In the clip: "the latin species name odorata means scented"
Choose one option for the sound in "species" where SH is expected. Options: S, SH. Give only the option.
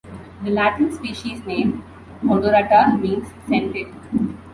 SH